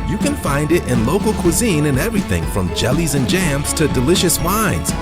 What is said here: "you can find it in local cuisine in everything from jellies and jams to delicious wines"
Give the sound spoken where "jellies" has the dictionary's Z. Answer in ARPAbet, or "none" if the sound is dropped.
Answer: Z